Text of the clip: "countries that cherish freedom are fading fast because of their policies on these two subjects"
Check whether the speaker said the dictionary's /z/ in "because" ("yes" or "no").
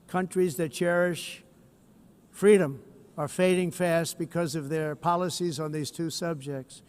yes